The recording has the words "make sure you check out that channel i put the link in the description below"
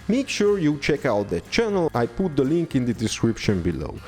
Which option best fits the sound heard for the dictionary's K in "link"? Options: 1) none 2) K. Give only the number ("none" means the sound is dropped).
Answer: 2